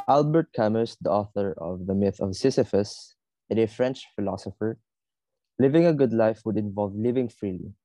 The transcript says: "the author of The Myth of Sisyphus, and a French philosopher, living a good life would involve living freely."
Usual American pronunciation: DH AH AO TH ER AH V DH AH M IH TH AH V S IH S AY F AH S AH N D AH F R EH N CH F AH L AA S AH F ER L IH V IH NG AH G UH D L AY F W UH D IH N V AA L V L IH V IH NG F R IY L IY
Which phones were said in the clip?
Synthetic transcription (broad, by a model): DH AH AO TH ER AH V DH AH M IH TH AH V S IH S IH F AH S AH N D AH F R EH N CH F AH L AA S AH F ER L IH V IH NG AH G UH D L AY F W UH D IH N V AA L V L IH V IH NG F R IY L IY